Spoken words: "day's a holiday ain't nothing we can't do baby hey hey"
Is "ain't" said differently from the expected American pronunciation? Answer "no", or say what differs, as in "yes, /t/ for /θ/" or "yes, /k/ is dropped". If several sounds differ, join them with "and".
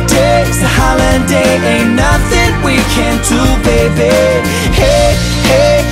yes, /n/ is dropped